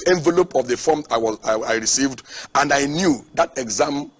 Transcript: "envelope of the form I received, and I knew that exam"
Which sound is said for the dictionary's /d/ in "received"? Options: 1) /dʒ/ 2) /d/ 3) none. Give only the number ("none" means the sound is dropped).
2